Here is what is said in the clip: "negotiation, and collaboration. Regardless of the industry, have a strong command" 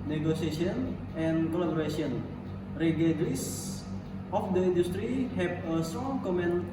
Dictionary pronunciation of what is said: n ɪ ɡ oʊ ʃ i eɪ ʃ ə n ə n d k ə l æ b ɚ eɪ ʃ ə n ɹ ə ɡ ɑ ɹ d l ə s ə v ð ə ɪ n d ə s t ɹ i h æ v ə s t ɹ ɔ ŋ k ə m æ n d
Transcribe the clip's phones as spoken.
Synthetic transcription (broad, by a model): n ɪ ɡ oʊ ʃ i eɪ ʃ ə n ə n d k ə l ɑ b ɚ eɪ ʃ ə n ɹ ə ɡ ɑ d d ə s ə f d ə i n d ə s t ɹ i h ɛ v ə s t ɹ ɔ ŋ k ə m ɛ n